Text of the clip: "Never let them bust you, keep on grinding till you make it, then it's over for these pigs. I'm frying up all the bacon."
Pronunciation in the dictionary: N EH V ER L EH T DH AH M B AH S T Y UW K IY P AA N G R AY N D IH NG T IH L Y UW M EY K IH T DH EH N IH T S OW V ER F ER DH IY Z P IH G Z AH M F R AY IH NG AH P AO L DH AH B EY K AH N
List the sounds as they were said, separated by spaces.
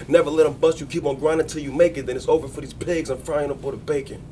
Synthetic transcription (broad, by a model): N EH V ER L EH T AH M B AH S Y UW K IY P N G R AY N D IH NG T IH L Y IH M EY K IH T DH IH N IH T S OW V ER F ER DH IY Z P IH G Z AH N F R AY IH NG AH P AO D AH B EY K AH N